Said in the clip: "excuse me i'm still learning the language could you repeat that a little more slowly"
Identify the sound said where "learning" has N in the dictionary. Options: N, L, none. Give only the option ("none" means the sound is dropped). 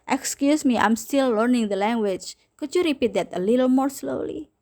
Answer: N